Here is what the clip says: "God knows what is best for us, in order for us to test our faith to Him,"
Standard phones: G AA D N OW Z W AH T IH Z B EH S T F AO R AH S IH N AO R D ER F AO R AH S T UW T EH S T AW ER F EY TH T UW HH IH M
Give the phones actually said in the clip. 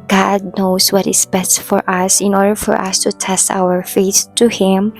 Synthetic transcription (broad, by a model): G AA D N OW S W AH T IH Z B EH S T F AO R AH S IH N AO R D ER F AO R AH S T UW T EH S T AW ER F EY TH T UW HH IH M